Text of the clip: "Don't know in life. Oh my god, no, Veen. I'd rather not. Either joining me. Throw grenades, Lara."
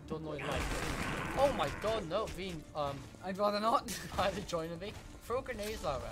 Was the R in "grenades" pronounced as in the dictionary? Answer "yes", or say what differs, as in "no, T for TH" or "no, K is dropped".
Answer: no, R is dropped